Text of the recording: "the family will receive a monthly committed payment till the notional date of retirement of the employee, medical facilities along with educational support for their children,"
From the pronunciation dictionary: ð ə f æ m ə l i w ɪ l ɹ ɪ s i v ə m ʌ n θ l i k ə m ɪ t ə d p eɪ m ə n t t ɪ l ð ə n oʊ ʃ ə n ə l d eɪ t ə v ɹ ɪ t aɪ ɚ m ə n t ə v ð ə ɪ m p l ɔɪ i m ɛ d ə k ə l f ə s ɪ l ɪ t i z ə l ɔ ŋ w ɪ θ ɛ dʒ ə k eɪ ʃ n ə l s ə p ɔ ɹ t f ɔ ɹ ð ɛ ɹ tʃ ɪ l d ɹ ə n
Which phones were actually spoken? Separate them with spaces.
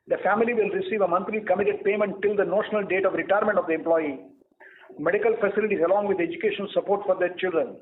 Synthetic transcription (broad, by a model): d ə f æ m ə l i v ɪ l ɹ ɪ s i v ə m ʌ n t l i k ə m ɪ t ə d p eɪ m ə n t t ɪ l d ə n oʊ ʃ ə n ə l d eɪ t ə v ɹ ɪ t aɪ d m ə n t ə v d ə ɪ m p l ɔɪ i m ɛ d ə k ə l f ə s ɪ l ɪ t i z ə l ɔ ŋ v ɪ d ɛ dʒ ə k eɪ ʃ ə n s ə p ɔ ɹ t f ɔ ɹ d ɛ ɹ tʃ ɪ l d ɹ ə n